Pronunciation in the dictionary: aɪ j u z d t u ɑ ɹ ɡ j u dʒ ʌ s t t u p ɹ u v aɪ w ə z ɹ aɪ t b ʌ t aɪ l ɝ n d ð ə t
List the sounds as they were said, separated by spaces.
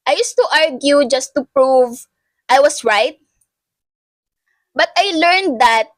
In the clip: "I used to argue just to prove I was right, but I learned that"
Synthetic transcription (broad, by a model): aɪ j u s t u ɑ ɹ ɡ j u dʒ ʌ s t t u p ɹ u v aɪ w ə s ɹ aɪ t b ʌ t aɪ l ɝ n d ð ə t